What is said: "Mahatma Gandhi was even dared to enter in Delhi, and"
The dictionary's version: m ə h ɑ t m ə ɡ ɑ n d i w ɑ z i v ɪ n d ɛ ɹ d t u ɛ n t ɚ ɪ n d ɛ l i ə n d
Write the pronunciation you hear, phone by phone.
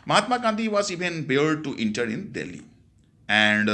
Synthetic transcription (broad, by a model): m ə h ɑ t m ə ɡ ɑ n d i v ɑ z i v ɪ n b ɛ l d t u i n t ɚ ɪ n d ɛ l i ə n d